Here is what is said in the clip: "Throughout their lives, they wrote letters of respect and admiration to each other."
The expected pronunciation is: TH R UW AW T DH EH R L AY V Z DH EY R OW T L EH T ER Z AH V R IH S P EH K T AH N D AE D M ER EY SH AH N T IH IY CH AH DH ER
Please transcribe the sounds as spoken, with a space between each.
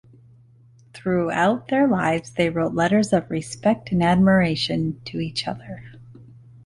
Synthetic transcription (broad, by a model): TH R UW AW T DH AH R L AY V Z DH EY R OW T L EH T ER Z AH V R IH S P EH K T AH N AE D M ER EY SH AH N T IH IY CH AH DH ER